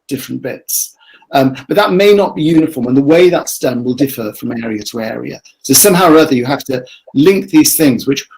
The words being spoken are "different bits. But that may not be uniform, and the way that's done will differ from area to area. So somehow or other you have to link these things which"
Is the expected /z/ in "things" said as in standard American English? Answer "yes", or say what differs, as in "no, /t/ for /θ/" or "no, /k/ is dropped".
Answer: yes